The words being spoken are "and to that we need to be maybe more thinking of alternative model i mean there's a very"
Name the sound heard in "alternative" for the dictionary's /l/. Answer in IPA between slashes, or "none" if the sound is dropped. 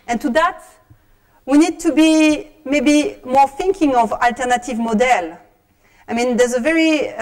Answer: /l/